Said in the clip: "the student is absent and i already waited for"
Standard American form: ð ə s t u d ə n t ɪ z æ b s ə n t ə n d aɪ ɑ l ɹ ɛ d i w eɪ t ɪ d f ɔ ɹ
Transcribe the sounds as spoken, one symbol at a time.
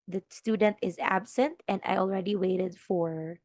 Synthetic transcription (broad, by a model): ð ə s t u d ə n t ɪ z æ b s ə n t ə n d aɪ ɑ l ɹ ɛ d i w eɪ t ɪ d f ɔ ɹ